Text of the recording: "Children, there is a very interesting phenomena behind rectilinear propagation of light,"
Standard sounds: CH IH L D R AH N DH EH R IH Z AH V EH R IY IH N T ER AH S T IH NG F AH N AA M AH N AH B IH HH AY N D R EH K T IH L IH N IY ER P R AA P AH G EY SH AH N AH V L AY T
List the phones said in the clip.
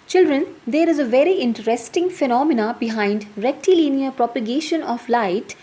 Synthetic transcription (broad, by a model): CH IH L D R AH N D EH R IH Z AH V EH R IY IH N T ER AH S T IH NG F AH N AA M AH N AH B IH HH AY N D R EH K T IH L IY N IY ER P R AA P AH G EY SH AH N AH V L AY T